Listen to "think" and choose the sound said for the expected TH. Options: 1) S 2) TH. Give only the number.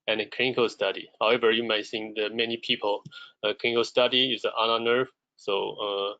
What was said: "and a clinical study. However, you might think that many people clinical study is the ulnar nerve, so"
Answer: 1